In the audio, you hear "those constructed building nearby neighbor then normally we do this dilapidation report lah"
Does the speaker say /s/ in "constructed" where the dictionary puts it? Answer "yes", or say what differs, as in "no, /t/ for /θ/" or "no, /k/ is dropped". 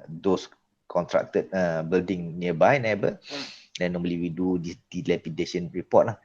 no, /s/ is dropped